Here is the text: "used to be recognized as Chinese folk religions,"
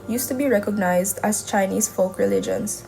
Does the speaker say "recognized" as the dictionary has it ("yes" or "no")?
yes